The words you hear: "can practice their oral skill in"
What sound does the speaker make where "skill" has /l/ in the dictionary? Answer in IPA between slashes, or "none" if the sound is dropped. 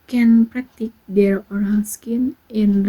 /n/